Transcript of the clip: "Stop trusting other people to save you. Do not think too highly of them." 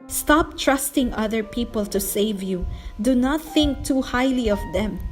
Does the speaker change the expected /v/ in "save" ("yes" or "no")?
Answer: no